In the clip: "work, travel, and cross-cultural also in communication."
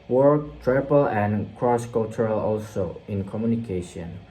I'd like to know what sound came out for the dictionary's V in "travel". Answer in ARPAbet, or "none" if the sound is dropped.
P